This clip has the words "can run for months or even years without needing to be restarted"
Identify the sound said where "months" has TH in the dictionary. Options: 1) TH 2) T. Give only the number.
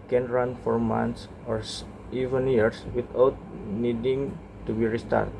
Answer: 2